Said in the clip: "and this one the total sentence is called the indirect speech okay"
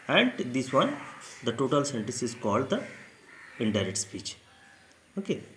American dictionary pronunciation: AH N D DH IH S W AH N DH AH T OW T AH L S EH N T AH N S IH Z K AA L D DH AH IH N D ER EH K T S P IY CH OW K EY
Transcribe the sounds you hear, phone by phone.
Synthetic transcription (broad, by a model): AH N D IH S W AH N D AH T OW T AH L S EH N T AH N S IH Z K AA L D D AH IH N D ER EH T S P IY CH OW K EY